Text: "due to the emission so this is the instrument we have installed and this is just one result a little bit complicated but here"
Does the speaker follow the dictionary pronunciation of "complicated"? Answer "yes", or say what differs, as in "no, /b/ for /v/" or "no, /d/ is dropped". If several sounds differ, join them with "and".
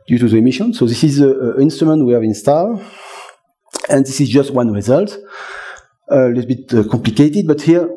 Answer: yes